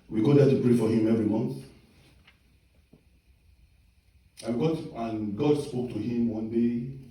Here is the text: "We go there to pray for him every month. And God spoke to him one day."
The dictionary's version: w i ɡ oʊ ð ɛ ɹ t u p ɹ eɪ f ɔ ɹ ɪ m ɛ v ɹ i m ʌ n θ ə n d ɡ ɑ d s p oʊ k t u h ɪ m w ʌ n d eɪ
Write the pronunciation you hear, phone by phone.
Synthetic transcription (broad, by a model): w i ɡ oʊ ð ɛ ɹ t u p ɹ eɪ f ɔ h ɪ m ɛ v ɹ i m ʌ n θ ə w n ɡ ɑ d s p oʊ k t u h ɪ m w ʌ n d eɪ